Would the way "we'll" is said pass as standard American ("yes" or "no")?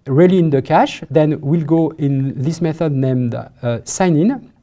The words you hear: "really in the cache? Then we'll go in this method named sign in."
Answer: yes